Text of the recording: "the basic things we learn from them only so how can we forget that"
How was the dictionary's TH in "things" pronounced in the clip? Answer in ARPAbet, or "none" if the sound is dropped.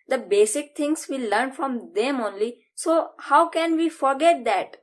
T